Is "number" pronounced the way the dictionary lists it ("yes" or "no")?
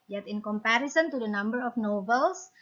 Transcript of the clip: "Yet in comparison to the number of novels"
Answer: yes